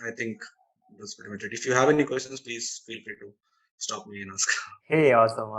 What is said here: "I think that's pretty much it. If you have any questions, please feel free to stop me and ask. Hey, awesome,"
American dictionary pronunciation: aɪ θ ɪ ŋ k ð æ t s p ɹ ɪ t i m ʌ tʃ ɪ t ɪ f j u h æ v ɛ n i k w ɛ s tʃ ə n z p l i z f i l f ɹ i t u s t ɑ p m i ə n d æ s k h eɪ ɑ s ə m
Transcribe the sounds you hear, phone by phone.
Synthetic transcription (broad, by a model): aɪ t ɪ ŋ k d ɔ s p ɛ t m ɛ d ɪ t ɪ f j u h æ v ɛ n i k w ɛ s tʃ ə n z p l i z f i l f i t u s t ɑ p m i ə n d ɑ s k h eɪ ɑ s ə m